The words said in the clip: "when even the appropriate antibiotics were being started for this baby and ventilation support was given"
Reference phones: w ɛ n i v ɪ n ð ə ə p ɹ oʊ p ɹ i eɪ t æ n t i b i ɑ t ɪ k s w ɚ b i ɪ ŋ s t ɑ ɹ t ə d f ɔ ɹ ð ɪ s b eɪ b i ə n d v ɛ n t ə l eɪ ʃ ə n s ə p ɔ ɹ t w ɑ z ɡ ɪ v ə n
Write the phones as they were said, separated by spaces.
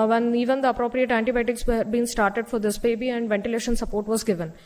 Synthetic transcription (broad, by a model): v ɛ n i v ɪ n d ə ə p ɹ oʊ p ɹ i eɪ t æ n t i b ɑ t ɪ k s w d b i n s t ɑ ɹ t ə d f ɔ ɹ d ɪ s b eɪ b i ə n d v ɛ n t ə l eɪ ʃ ə n s ə p ɔ ɹ t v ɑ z ɡ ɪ v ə n